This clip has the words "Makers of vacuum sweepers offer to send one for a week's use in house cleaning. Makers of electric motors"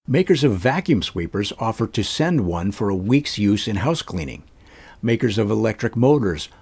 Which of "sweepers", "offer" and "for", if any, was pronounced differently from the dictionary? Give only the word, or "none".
none